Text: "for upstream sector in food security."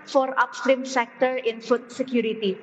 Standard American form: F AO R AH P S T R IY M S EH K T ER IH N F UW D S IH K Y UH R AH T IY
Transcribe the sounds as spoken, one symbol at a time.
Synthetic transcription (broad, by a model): F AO R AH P S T R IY M S EH K T ER IH N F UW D S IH K Y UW R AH T IY